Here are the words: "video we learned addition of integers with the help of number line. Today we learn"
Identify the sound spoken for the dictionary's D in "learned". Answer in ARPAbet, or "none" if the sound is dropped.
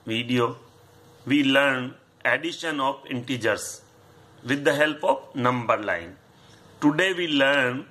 none